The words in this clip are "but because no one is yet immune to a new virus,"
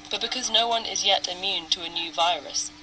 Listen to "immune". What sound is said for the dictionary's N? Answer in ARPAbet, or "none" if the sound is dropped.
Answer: N